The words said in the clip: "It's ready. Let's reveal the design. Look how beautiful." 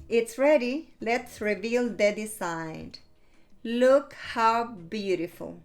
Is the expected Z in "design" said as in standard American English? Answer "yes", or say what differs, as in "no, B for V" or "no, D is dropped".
no, S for Z